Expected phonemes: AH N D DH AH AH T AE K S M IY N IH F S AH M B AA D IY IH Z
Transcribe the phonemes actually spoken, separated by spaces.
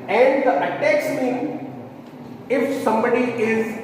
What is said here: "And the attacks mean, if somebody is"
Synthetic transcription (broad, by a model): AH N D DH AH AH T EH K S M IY IH F S AH M B AA D IY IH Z